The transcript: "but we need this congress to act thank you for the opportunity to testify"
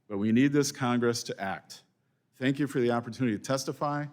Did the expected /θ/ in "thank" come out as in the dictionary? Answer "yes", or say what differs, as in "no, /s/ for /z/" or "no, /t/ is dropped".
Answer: yes